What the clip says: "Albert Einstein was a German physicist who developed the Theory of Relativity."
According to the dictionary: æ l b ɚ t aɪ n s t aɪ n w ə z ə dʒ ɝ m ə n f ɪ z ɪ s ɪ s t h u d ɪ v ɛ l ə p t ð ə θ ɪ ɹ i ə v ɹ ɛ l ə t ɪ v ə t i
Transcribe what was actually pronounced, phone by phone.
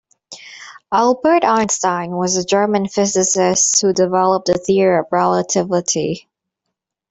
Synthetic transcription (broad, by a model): æ l b ɚ t aɪ n s t aɪ n w ə z ə dʒ ɝ m ə n f ɪ z ɪ s ɪ s t h u d ɪ v ɛ l ə p t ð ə θ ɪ ɹ i ə v ɹ ɛ l ə t ɪ v ə t i